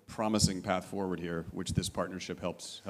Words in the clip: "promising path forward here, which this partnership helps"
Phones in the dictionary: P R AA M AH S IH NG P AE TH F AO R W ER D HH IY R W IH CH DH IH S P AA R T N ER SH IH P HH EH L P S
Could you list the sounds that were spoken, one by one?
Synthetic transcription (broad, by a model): P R AA M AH S IH NG P AE TH F AO R W ER D HH IY R W IH CH DH IH S P AA R T N ER SH IH P HH EH L P S